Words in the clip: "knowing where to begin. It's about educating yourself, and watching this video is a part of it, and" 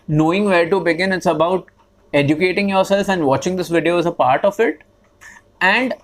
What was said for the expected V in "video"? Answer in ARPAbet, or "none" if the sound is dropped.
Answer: V